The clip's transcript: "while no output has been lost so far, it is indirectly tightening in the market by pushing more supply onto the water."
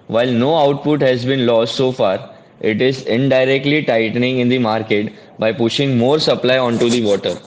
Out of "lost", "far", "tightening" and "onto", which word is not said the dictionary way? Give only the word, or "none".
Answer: none